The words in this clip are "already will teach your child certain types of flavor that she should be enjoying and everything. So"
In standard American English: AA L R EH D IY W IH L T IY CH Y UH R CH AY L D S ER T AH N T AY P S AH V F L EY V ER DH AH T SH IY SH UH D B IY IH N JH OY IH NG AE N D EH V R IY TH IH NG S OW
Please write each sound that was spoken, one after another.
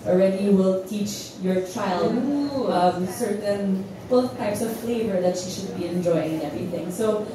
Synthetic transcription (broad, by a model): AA L R EH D IY W IH L T IY CH Y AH R CH AY L D S ER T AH N T AY P S AH V F L EY V ER DH AH T SH IY SH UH D B IY IH N JH OY IH NG EH V R IY TH IH NG S OW